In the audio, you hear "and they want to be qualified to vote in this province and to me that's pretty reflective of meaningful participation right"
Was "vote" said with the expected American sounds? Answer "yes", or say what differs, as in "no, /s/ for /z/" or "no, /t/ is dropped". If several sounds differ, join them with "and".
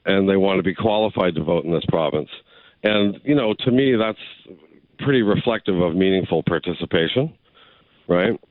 yes